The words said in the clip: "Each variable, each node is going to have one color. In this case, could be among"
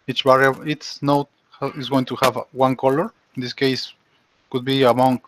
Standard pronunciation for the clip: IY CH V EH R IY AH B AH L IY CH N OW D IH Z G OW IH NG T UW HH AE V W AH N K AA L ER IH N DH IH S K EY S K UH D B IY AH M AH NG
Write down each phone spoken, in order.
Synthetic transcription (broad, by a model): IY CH B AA R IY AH AH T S N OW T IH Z G OW IH NG T UW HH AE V W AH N K AA L ER IH N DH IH S K EY S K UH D B IY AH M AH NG